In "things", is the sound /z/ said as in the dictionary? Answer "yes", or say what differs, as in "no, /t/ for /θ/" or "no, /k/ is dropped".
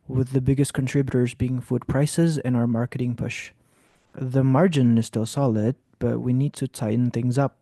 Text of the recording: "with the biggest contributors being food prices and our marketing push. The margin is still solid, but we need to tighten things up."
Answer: yes